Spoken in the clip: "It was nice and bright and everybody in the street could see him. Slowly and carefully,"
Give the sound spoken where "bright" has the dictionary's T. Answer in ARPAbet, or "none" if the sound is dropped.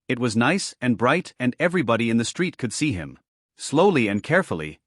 T